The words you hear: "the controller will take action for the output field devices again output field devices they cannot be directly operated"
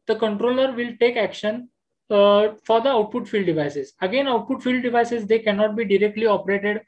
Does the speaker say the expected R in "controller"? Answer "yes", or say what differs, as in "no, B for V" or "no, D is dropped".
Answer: yes